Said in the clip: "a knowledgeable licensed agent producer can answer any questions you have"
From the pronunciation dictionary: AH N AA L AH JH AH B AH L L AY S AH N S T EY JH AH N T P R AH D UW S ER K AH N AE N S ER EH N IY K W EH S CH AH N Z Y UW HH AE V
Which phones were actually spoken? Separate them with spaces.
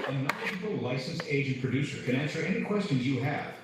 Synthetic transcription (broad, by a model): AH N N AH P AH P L L AY S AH N S EY JH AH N P R AH D UW S ER K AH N AE N S ER EH N IY K W EH S CH AH N Z Y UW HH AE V